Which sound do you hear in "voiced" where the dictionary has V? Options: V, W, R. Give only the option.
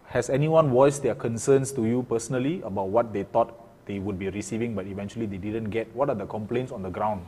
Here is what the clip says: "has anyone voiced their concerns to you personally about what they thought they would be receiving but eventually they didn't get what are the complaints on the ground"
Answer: W